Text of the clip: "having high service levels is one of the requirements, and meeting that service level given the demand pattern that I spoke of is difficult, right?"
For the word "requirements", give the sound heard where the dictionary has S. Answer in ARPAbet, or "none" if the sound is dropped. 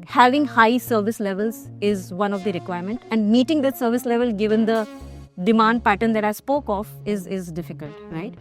none